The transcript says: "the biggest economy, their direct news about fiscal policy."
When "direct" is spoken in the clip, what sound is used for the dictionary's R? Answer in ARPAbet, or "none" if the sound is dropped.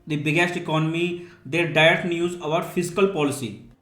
none